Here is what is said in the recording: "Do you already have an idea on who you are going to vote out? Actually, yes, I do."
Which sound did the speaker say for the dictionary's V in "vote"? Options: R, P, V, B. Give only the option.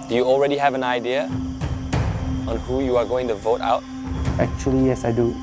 V